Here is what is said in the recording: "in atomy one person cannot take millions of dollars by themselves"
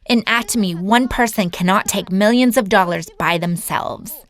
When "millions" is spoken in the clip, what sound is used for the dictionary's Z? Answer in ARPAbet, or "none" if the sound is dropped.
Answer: Z